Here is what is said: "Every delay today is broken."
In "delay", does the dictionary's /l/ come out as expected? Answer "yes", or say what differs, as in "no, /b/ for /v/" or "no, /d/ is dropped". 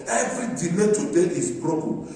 no, /n/ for /l/